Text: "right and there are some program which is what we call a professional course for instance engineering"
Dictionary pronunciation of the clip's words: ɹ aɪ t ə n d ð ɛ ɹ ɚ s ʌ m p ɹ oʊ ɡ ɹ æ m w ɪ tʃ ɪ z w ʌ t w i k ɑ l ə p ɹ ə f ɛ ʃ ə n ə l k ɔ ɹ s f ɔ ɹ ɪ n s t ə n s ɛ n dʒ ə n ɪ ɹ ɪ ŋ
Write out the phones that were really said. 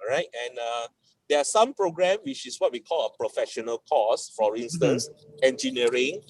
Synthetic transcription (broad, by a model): ɹ aɪ t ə n d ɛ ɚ s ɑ m p ɹ oʊ ɡ ɹ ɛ m w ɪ tʃ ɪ s w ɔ t w i k ɑ l ə p ɹ ə f ɛ ʃ ə n ə l k ɔ s f ɔ ɹ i n s t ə n s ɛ n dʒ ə n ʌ ɹ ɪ ŋ